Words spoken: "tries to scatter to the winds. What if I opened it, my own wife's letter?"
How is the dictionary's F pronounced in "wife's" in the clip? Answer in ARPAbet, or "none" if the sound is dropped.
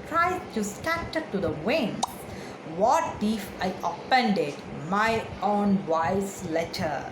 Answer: none